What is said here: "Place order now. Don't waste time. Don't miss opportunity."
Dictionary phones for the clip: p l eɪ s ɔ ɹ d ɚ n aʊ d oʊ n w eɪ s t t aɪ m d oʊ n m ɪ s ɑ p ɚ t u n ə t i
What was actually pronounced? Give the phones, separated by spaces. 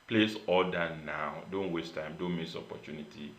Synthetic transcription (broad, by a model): p l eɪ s ɔ l d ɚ n aʊ d oʊ n w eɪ s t t aɪ m d oʊ n m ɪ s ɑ p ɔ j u n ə t i